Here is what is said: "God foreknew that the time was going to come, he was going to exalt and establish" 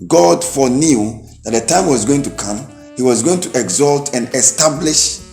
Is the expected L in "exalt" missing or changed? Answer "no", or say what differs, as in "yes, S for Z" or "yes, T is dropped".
no